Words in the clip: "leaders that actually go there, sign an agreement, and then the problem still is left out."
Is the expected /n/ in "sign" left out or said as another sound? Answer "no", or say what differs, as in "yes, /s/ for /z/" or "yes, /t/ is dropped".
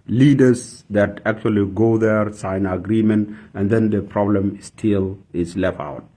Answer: yes, /n/ is dropped